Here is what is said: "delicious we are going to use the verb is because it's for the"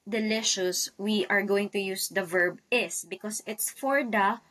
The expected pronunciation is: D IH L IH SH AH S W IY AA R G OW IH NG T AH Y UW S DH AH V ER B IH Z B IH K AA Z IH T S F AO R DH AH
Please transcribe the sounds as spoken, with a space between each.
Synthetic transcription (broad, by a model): D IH L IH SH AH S W IY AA R G OW IH NG T AH Y UW S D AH V ER B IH S B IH K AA S IH T S F AO R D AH